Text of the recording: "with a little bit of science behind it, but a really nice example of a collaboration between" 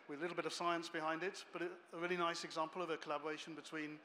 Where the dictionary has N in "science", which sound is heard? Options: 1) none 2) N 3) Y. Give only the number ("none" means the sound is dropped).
2